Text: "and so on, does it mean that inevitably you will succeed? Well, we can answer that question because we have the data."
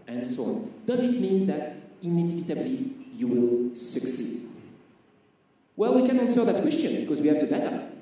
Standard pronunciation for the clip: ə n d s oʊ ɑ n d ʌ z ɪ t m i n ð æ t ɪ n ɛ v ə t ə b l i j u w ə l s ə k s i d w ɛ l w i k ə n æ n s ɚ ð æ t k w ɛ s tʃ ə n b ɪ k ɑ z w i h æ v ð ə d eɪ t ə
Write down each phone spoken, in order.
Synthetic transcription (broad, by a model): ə n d s oʊ ɑ n d ʌ z ɪ t m i n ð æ t ɪ n ɛ v ə t ə b l i j u w ə l s ə k s i d w ɛ l w i k ə n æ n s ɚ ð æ t k w ɛ s tʃ ə n b ɪ k ɑ z w i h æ v ð ə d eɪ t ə